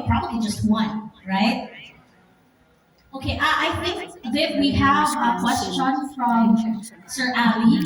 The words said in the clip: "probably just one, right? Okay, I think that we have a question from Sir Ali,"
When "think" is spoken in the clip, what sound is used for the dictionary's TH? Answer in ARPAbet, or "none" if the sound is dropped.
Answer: TH